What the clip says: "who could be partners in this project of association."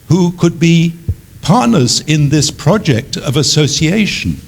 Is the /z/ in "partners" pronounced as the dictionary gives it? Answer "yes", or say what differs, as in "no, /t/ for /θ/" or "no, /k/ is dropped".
yes